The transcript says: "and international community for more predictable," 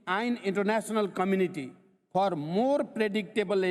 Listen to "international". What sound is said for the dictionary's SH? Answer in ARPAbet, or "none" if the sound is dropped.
S